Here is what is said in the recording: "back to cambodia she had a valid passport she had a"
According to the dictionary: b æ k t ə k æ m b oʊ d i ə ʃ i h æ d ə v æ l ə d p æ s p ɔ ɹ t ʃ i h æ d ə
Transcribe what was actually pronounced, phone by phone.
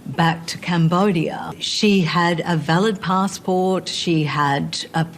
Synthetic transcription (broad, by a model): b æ k t ə k æ m b oʊ d i ə ʃ i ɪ d ə v æ l ə d p æ s p ɔ ɹ t ʃ i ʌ d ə